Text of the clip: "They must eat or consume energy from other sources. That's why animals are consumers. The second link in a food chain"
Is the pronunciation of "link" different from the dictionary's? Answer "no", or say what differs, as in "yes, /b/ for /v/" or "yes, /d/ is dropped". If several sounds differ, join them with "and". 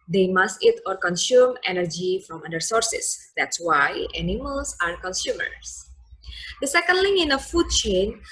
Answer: yes, /k/ is dropped